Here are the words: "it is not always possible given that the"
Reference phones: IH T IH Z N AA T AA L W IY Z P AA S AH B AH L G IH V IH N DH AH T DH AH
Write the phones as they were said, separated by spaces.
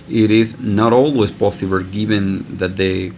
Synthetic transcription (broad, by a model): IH T IH Z N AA T AA L W IY Z B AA TH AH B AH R G IH V IH N DH AH T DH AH